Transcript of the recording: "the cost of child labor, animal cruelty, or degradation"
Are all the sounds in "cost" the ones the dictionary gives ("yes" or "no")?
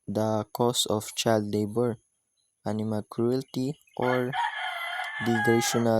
no